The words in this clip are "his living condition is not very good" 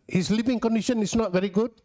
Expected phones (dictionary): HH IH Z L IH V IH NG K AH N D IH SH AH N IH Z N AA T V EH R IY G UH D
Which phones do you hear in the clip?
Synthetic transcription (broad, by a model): HH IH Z L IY P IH NG K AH N D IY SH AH N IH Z N AA T V EH R IY G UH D